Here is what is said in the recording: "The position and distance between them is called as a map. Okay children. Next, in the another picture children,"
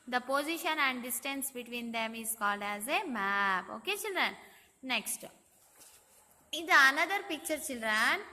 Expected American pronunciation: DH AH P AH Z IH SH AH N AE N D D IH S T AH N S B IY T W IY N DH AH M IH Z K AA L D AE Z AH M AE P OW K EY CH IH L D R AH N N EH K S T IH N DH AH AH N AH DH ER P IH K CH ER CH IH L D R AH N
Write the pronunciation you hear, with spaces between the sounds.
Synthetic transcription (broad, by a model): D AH P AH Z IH SH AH N AE N D D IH S T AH N S B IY T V IY N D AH M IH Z K AA L D AE Z AH M AE P OW K EY CH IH L D R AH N N EH K S T IH N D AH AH N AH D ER P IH K CH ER CH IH L D R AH N